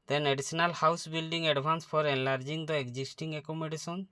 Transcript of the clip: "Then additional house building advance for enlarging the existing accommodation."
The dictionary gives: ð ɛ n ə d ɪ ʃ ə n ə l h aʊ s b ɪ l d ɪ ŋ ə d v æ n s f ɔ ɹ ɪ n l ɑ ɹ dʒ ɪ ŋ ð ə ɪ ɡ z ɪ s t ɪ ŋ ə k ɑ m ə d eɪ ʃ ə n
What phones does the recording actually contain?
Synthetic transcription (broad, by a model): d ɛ n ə d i s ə n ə l h aʊ s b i l d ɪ ŋ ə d b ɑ n s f ɔ ɹ ɪ n l ɑ ɹ dʒ ɪ ŋ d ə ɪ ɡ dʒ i s t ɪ ŋ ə k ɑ m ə d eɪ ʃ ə n